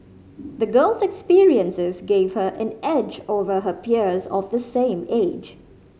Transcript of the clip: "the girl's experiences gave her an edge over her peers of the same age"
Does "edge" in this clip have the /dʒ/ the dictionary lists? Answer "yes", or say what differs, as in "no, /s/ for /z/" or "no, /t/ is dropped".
yes